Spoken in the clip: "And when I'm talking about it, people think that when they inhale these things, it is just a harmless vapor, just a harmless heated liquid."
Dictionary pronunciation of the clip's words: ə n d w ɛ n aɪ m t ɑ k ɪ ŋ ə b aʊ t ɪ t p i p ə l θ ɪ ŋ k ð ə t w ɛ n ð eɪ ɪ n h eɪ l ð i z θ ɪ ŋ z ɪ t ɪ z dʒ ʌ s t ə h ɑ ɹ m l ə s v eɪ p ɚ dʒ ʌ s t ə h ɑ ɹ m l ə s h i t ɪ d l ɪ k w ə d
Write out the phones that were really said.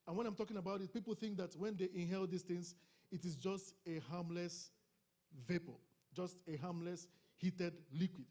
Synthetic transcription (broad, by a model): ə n w ɛ n aɪ m t ɑ k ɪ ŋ ə b aʊ t ɪ t p i p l θ ɪ ŋ k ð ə t w ɛ n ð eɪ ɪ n h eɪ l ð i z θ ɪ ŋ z ɪ t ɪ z dʒ ʌ s t ə h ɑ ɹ m l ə s v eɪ p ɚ dʒ ʌ s t ə h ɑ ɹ m l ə s h i t ɪ d l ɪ k w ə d